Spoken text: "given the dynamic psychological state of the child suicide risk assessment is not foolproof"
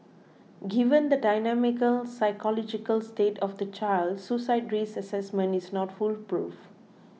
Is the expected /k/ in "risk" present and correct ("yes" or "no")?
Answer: no